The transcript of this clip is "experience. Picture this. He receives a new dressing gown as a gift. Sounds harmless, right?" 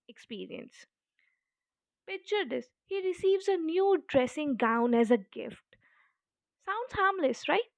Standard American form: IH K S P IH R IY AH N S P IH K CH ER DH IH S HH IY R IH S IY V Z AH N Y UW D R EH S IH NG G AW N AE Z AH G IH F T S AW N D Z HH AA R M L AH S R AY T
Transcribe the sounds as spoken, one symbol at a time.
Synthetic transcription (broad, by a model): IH K S P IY R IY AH N S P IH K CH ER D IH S HH IY R IH S IY V Z AH N Y UW D R EH S IH NG G AW N AE Z AH G IH F T S AW N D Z HH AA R M L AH S R AY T